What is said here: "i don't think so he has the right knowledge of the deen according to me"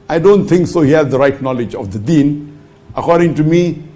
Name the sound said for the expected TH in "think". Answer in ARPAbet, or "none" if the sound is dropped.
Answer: T